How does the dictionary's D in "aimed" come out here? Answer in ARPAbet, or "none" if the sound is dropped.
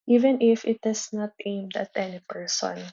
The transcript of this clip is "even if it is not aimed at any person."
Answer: D